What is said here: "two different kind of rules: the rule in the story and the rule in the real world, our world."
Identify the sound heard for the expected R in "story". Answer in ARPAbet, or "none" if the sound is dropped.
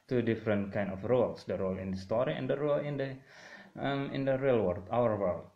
R